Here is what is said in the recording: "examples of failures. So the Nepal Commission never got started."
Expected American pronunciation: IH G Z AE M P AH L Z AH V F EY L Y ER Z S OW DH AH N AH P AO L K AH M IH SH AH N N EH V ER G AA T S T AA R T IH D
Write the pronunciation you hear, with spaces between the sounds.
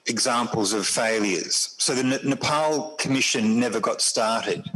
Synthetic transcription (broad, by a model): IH G Z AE M P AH L Z AH V F EY L Y ER Z S OW DH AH N AH P AO L K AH M IH SH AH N N EH V ER G AA T S T AA R T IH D